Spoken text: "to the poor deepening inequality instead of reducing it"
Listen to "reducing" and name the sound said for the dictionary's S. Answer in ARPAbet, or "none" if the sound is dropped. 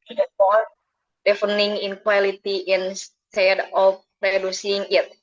S